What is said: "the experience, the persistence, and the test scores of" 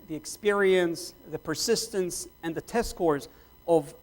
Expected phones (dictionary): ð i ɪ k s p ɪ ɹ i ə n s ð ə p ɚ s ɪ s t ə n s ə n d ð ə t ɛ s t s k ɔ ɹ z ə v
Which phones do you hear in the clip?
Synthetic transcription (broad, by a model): ð i ɪ k s p ɪ ɹ i ə n s ð ə p ɚ s ɪ s t ə n s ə n ð ə t ɛ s s k ɔ ɹ z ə v